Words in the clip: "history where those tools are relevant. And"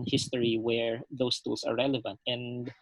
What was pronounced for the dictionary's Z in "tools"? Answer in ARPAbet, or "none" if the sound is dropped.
S